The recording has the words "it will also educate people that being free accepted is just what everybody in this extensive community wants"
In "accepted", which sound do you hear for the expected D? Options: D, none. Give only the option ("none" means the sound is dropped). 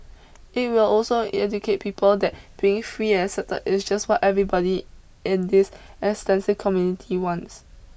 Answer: none